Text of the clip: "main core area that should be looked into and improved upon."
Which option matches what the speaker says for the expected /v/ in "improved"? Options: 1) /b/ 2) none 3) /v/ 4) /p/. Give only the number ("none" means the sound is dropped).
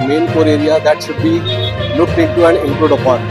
2